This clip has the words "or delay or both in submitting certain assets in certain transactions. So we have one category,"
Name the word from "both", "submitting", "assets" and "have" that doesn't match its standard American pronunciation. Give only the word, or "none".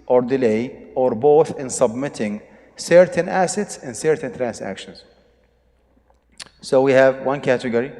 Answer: none